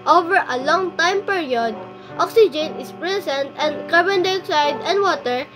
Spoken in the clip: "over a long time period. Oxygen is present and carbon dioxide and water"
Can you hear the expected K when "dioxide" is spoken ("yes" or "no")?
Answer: no